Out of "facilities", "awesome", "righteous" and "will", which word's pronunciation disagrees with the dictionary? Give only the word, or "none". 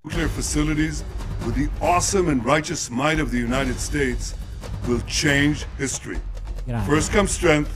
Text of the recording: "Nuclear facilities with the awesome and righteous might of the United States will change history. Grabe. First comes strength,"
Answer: none